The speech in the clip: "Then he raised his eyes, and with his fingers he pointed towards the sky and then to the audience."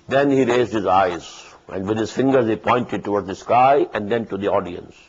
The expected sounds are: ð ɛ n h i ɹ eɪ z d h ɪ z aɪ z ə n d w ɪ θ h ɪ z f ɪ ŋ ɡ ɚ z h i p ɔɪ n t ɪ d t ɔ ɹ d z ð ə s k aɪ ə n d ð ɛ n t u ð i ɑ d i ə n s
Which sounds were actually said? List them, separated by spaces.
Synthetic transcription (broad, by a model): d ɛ n h i ɹ eɪ z d h ɪ z aɪ z ə n d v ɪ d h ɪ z f ɪ ŋ ɡ ɚ z h i p ɔɪ n t ɪ d t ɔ ɹ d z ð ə s k aɪ ə n d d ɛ n t u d i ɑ d i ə n s